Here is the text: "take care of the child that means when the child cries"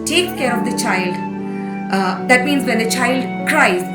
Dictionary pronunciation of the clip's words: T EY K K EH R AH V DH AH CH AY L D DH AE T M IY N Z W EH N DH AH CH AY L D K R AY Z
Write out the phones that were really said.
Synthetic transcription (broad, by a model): T EY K K EH R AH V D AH CH AY L D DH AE T M IY N Z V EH N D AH CH AY L D K R AY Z